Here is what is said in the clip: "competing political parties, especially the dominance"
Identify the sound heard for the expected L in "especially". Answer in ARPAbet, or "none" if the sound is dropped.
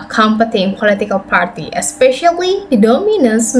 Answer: none